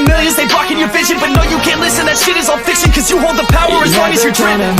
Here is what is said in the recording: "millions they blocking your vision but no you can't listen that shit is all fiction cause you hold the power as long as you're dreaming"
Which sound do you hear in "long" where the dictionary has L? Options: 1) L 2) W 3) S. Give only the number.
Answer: 2